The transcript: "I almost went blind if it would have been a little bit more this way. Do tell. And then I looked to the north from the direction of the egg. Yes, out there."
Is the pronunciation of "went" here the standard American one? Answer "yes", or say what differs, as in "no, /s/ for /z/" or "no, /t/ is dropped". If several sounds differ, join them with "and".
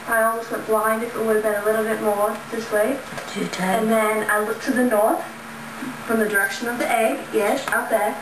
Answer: no, /n/ is dropped